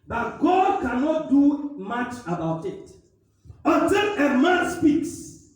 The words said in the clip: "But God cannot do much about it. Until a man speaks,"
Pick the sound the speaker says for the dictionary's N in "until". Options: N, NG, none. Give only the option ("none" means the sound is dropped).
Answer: none